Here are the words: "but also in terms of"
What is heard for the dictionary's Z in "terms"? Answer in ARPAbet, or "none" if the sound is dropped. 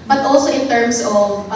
S